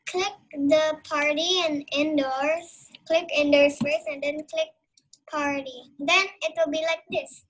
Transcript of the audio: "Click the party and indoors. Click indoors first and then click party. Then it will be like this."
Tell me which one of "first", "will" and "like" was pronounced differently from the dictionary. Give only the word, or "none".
first